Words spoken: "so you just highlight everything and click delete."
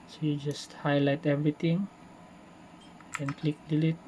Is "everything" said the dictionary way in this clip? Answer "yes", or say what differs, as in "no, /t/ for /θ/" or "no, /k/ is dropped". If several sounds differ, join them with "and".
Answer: no, /t/ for /θ/